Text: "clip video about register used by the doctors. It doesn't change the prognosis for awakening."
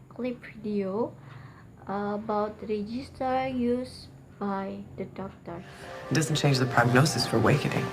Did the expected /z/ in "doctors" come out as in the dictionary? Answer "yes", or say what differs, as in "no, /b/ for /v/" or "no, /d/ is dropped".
no, /z/ is dropped